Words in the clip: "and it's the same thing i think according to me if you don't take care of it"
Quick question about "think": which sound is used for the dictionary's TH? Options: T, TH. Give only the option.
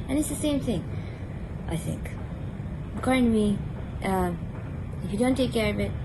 TH